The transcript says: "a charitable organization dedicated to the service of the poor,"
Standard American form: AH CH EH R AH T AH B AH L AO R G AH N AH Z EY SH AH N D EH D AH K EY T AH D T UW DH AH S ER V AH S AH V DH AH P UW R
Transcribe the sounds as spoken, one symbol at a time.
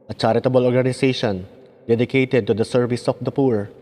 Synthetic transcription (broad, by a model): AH CH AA R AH T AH B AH L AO R G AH N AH S EY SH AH N D EH D AH K EY T AH D T UW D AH S ER V AH S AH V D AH P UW R